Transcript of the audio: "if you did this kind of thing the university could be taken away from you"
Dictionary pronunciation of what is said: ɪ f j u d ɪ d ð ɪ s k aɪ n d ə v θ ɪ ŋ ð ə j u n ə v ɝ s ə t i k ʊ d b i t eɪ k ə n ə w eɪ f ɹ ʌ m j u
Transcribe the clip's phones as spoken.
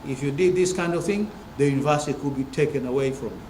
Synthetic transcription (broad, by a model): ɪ f j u d ɪ d ð ɪ s k aɪ n d ə v θ ɪ ŋ ð ə j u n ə v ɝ s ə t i k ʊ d b i t eɪ k ə n ə w eɪ f ɹ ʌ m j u